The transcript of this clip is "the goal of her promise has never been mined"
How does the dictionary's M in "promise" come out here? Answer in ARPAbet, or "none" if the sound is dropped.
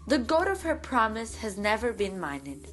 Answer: M